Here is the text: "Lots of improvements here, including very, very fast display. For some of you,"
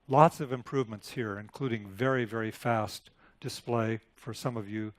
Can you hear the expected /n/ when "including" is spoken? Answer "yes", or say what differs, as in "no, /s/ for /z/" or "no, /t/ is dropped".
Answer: yes